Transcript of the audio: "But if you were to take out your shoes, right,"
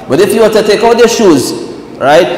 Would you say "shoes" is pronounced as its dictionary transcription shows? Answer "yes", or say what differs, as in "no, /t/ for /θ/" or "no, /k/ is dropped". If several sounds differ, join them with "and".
yes